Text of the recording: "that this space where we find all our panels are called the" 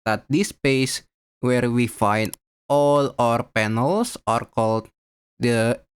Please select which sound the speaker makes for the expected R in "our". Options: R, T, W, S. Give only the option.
R